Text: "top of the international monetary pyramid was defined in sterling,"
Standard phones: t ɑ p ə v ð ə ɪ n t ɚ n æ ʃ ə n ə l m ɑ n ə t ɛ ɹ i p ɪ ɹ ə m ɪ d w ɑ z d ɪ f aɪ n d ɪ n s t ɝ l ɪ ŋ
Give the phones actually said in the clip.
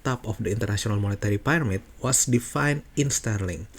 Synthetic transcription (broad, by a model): t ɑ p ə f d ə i n t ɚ n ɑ s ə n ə l m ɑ n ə t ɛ ɹ i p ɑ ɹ m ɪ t w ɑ s d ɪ f aɪ n ɪ n s t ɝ l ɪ ŋ